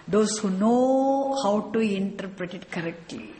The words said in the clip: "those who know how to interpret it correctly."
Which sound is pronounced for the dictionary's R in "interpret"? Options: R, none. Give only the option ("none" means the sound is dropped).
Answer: R